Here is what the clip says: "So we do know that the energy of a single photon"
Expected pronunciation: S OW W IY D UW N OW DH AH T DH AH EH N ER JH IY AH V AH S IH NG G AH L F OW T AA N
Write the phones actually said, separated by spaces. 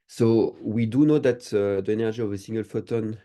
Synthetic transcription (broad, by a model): S OW W IY D UW N OW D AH T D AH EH N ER ZH IY AH V AH S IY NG G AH L F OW T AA N